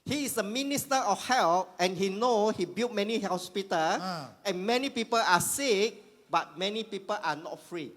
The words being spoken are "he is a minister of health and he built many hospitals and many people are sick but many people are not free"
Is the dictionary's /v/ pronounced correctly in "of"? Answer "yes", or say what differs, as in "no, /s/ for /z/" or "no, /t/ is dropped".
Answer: no, /f/ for /v/